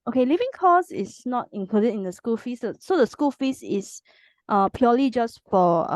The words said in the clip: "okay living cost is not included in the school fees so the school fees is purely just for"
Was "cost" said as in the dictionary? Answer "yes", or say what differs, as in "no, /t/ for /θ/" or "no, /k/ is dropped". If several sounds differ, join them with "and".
no, /t/ is dropped